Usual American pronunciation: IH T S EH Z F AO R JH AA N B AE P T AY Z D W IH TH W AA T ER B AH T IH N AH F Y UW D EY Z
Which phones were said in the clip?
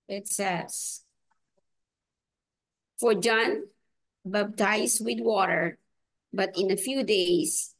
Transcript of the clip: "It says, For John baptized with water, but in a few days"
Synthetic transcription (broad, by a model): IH T S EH S F AO R JH AA N B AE B T AY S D W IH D W AA T ER B AH T IH N AH F Y UW D EY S